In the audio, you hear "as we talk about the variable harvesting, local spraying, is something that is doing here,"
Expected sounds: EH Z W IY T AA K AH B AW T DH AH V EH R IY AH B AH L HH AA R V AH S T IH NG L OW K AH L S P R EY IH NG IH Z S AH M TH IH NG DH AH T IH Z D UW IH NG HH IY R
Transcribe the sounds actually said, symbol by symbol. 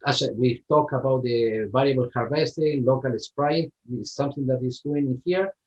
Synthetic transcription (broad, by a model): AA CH W IY T AA K AH B AW T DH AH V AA L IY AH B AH L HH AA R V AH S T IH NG L OW K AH L S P R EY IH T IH S AH M TH IH NG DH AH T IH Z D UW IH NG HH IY R